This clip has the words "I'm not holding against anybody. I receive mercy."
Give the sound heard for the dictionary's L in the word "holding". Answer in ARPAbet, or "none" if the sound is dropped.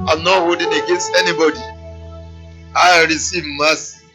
none